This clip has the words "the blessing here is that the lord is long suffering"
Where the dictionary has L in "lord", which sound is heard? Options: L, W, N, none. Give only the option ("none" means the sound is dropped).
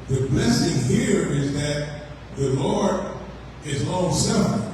L